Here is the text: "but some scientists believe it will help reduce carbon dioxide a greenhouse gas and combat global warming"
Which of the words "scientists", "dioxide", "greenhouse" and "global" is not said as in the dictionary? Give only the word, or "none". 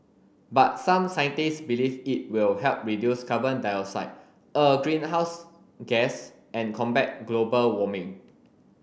dioxide